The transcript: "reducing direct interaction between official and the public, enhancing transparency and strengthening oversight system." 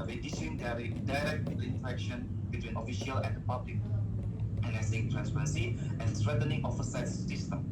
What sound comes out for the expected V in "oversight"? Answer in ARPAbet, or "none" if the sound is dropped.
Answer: F